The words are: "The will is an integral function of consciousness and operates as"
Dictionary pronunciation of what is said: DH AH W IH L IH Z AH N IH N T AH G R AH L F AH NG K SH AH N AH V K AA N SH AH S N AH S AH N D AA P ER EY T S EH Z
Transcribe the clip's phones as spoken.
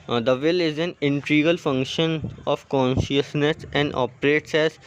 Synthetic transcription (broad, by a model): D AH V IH L IH Z AH N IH N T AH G AH L F AH NG K SH AH N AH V K AA N SH AH S N AH S AH N D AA P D EY T S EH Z